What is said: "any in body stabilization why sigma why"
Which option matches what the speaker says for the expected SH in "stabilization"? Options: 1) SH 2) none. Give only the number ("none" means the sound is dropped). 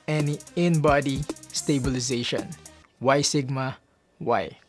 1